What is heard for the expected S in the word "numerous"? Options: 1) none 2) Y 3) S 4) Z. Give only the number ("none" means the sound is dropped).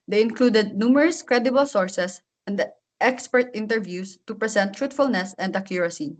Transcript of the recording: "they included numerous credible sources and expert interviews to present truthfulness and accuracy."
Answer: 3